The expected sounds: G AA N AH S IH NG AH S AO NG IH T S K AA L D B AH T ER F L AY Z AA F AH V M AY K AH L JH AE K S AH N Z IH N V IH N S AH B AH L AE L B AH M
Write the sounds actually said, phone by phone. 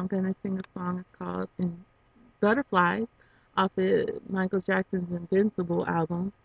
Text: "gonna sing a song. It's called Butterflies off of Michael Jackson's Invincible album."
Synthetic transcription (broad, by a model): G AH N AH S IH NG AH S AO NG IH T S K AA L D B AH T ER F L AY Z AA F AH M AY K L JH AE K S AH N Z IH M V IH N S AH B L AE L B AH M